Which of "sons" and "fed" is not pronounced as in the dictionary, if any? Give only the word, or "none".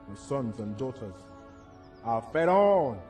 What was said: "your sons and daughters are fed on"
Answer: none